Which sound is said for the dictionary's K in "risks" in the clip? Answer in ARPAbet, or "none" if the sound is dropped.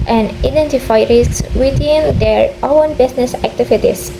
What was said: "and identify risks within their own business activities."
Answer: none